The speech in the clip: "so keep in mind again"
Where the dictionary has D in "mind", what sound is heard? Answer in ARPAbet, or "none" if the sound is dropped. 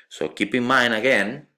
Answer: none